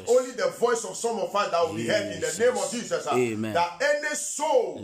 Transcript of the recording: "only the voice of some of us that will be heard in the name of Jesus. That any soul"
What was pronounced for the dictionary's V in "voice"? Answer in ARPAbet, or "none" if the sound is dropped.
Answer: V